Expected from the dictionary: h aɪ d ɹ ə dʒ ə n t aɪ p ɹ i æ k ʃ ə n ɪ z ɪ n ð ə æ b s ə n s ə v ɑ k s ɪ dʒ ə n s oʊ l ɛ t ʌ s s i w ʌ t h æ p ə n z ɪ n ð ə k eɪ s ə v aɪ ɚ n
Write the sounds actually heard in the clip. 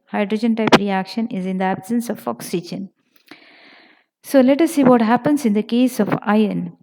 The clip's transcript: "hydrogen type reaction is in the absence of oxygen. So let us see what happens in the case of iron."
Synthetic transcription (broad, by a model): h aɪ d ɹ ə dʒ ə n t aɪ p ɹ i æ k ʃ ə n ɪ z ɪ n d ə æ b s ə n s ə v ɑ k s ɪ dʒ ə n s oʊ l ɛ t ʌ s s i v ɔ t h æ p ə n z ɪ n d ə k eɪ s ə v aɪ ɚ n